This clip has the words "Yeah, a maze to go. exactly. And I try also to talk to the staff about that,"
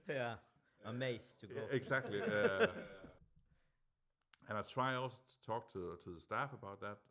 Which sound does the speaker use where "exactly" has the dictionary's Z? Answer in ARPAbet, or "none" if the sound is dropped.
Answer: S